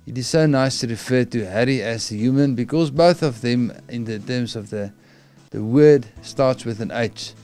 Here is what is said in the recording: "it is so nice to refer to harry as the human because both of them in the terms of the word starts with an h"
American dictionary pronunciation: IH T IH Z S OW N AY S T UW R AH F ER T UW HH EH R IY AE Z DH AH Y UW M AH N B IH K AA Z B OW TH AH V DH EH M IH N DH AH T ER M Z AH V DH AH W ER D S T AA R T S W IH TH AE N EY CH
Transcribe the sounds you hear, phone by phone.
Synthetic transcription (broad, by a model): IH T IH Z S OW N AY S T UW R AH F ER T UW HH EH R IY AE Z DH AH Y UW M AH N B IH K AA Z B OW TH AH V DH EH M IH N DH AH T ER M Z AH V DH AH W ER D S T AA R T S W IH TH AE N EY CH